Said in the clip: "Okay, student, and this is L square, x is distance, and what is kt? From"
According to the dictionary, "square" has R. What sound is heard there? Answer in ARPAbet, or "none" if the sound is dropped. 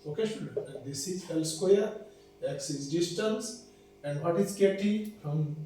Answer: L